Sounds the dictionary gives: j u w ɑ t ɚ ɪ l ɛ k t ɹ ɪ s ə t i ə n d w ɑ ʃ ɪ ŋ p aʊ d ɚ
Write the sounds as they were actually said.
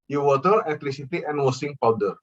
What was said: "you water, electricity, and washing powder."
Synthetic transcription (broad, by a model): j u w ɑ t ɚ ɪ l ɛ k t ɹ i s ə t i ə n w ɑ s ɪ ŋ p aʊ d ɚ